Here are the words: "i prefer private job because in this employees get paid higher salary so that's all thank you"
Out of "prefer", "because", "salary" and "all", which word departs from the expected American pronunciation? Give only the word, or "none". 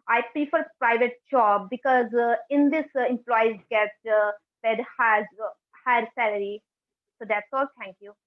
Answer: prefer